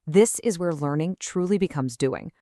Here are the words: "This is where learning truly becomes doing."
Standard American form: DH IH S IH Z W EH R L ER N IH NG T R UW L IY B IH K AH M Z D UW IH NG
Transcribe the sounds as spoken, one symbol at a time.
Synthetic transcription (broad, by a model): DH IH S IH Z W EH R L ER N IH NG T R UW L IY B IH K AH M Z D UW IH NG